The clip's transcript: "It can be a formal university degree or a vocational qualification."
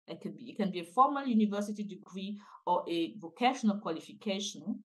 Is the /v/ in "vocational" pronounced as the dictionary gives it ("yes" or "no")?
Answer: yes